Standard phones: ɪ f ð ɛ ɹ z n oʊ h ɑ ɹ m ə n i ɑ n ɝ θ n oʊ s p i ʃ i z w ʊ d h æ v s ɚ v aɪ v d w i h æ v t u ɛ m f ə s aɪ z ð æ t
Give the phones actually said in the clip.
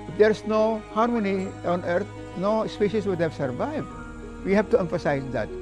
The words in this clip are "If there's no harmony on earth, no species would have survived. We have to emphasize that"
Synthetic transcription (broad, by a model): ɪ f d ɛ ɹ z n oʊ h ɑ ɹ m ə n i ɑ n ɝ t n oʊ s p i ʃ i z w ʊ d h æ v s ɚ v aɪ v d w i h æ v t u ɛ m f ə s aɪ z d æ t